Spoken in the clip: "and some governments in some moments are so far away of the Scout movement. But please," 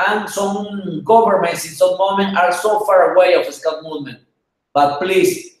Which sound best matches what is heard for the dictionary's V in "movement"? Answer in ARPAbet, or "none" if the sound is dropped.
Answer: none